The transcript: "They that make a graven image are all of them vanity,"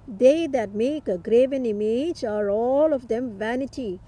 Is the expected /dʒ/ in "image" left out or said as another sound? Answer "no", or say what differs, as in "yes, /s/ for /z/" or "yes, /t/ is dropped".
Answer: no